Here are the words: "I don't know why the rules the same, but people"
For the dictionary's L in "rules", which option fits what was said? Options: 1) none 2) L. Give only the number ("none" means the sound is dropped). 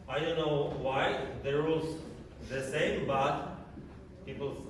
1